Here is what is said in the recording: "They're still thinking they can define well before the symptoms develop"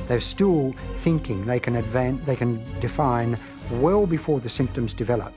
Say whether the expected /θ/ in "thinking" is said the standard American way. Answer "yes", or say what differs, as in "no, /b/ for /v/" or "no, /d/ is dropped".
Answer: yes